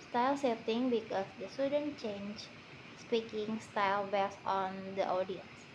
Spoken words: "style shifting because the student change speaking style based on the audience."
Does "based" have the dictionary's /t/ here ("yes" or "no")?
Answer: no